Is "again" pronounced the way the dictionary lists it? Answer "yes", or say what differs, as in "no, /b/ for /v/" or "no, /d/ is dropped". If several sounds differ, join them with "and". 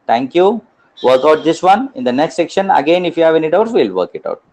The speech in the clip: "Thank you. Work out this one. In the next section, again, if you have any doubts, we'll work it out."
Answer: yes